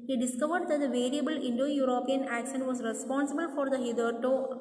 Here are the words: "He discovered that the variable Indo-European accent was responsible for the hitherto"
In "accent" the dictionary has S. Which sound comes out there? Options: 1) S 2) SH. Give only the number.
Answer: 2